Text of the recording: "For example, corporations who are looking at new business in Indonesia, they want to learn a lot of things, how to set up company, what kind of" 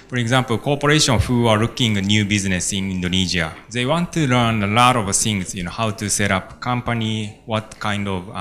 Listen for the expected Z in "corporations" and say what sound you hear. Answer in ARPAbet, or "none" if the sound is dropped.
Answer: none